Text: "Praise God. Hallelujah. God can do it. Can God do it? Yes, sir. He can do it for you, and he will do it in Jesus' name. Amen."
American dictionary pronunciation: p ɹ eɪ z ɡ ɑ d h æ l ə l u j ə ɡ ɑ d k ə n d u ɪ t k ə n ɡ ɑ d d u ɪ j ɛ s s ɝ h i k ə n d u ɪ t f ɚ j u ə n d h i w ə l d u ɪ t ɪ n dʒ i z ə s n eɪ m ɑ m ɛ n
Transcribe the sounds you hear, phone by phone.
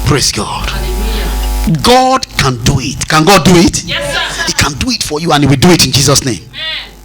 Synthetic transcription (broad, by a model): p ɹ eɪ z ɡ ɑ d ɡ ɑ d k ə n d u ɪ t k ə n ɡ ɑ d d u ɪ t h i k ə n d u ɪ t f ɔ j u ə n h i w ə l d u ɪ t ɪ n dʒ i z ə s n eɪ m m